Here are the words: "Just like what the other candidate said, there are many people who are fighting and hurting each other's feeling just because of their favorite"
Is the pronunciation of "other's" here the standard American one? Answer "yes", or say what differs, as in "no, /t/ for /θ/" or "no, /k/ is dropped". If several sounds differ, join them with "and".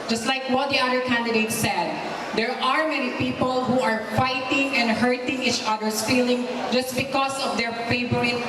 no, /s/ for /z/